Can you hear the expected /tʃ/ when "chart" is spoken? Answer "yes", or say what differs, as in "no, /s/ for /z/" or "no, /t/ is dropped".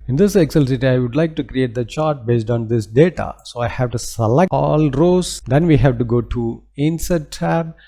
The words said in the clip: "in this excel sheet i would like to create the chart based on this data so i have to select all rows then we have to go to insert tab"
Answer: yes